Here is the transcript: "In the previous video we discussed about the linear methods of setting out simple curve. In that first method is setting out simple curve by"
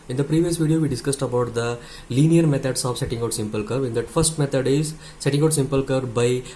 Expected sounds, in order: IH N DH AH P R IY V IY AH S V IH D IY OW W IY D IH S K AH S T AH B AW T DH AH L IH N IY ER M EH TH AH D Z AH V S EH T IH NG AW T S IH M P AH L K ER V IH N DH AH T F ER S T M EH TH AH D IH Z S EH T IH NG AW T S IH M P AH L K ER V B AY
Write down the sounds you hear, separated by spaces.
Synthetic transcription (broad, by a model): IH N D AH P R IY V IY AH S V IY D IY OW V IY D IH S K AH S T AH B AW T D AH L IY N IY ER M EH T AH D S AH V S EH T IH NG AW T S IH M P AH L K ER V IH N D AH T F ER S T M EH T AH D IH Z S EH T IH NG AW T S IH M P AH L K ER B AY